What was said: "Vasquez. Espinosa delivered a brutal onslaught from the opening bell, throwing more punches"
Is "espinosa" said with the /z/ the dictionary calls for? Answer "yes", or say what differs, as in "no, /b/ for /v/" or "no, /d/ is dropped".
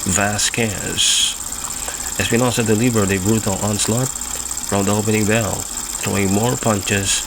no, /s/ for /z/